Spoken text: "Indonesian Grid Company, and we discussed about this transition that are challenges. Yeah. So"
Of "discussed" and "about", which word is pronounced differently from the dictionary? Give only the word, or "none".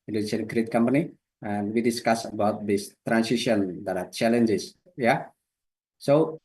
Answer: discussed